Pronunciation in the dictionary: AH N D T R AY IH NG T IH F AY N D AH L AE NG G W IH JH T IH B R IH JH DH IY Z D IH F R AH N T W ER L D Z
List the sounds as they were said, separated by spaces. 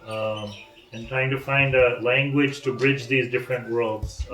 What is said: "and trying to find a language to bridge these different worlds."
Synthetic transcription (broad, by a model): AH N T R AY IH NG T IH F AY N D AH L AE NG G W IH JH T IH B R IH JH DH IY Z D IH F R AH N T W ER L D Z